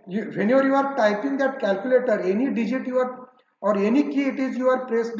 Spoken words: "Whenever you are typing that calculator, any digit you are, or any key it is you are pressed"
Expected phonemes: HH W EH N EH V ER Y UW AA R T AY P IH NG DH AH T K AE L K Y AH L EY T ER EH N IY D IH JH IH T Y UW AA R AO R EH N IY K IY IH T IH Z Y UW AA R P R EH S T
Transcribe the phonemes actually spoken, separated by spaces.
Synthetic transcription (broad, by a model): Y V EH N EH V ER Y UW AA R T AY P IH NG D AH T K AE L K Y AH L EY T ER EH N IY D IH JH IH T Y UW AA R AO R EH N IY K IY IH T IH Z Y UW AA R P R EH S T